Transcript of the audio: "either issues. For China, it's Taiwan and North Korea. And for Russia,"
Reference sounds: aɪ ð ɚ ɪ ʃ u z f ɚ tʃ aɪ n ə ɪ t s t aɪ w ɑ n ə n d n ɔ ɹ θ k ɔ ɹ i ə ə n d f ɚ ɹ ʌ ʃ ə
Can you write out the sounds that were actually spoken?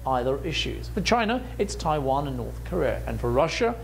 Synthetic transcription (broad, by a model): aɪ ð ɚ ɪ ʃ u z f ɚ tʃ aɪ n ə ɪ t s t aɪ w ɑ n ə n n ɔ ɹ θ k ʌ ɹ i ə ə n f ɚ ɹ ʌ ʃ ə